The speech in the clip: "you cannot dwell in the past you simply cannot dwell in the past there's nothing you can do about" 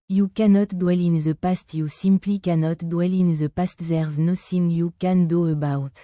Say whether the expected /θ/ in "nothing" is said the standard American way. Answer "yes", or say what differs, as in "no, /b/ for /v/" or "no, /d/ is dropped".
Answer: no, /s/ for /θ/